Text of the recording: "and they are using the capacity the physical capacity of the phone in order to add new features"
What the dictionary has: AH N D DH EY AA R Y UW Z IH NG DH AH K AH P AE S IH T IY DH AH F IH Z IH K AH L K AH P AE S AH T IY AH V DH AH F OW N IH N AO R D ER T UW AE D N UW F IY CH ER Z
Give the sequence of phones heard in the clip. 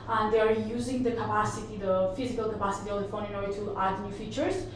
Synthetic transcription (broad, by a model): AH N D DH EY AA R Y UW Z IH NG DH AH K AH P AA S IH T IY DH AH F IH Z IH K AH L K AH P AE S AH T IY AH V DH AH F OW N IH N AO R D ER T UW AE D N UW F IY CH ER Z